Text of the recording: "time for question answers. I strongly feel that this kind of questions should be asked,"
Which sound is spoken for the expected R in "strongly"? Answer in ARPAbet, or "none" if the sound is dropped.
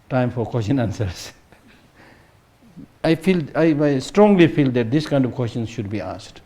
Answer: R